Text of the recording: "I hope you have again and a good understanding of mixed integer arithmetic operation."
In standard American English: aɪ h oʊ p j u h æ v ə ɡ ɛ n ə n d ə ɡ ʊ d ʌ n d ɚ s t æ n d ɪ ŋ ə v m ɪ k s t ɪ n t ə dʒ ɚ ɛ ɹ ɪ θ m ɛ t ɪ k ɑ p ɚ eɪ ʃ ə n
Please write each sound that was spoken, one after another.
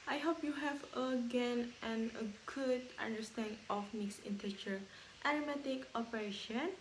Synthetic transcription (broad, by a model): aɪ h oʊ p j u h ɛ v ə ɡ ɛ n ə n ə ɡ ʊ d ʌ n d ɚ s t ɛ n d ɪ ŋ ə f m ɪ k s ɪ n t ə tʃ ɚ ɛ ɹ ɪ m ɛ t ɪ k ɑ p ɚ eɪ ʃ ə n